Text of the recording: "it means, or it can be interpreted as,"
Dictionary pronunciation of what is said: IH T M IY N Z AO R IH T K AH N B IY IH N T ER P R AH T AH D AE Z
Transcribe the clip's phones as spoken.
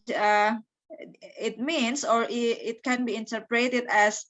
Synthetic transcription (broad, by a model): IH T M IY N S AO R IH T K AH N B IY IH N T ER P R AH T AH D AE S